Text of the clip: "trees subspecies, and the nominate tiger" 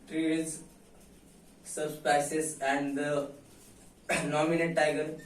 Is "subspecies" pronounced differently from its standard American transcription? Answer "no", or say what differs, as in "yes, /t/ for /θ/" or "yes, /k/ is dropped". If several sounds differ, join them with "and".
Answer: yes, /s/ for /ʃ/